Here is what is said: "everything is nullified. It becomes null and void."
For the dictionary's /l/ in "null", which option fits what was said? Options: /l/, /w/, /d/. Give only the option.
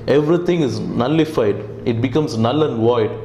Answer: /l/